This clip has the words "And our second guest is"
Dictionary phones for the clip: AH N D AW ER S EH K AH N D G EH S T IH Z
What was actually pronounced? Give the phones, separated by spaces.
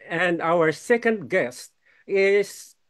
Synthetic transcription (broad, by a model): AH N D AW ER S EH K AH N D G EH S T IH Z